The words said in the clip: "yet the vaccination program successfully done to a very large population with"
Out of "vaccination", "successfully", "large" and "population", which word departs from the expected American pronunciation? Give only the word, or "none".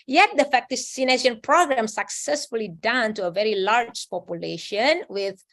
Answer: vaccination